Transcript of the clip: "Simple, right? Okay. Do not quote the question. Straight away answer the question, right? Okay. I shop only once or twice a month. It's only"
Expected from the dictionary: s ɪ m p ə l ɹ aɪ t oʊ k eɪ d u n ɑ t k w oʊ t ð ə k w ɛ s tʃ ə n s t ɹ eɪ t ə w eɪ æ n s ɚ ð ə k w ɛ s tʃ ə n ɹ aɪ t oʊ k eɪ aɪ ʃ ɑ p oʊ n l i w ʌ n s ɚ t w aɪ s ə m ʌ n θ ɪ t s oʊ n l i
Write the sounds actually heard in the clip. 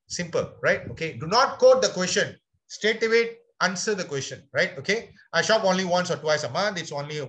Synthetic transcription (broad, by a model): s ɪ m p ə l ɹ aɪ t oʊ k eɪ d u n ɑ t k oʊ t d ə k w ɛ s tʃ ə n s t eɪ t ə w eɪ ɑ n s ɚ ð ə k w ɛ s tʃ ə n ɹ aɪ t oʊ k eɪ aɪ ʃ ɑ p oʊ n l i w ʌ n s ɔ t w aɪ s ə m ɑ n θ ɪ t s oʊ n l i